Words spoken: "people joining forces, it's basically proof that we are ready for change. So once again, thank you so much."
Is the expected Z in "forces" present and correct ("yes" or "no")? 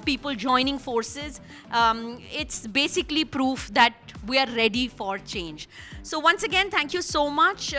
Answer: yes